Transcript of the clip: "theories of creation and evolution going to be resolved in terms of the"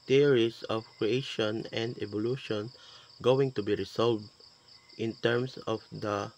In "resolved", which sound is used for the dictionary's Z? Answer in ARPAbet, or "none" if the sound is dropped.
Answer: S